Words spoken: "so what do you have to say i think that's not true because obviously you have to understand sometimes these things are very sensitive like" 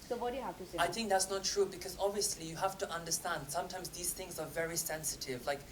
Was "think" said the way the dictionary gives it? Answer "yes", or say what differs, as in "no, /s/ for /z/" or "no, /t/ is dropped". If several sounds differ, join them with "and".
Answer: yes